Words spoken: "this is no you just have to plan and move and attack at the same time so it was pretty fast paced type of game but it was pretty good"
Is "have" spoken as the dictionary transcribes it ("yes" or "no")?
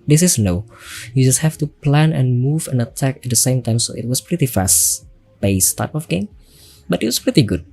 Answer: no